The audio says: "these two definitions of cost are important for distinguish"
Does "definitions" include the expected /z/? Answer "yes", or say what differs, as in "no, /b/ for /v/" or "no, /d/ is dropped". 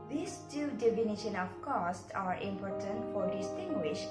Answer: no, /z/ is dropped